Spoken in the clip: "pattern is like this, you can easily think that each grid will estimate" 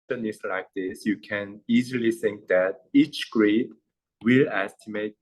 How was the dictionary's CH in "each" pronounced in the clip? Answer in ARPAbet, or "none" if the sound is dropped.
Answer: CH